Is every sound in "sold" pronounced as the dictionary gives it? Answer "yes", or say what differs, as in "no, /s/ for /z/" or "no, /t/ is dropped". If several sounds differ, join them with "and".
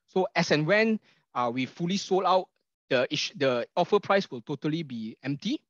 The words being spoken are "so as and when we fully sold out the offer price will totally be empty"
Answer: no, /d/ is dropped